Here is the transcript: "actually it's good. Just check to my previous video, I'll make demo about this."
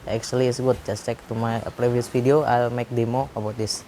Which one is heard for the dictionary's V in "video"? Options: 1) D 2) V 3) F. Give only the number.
3